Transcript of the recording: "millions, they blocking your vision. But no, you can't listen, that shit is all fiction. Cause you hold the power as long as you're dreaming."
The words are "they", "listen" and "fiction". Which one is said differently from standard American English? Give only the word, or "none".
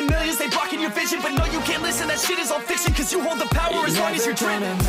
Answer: fiction